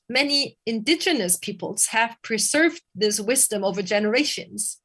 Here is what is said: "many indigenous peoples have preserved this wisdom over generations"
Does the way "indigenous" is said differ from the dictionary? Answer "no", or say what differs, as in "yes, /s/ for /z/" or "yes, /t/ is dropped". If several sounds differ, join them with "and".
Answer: no